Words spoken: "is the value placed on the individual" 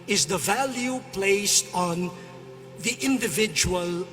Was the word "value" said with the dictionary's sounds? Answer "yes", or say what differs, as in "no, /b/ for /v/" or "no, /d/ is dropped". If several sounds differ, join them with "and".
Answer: yes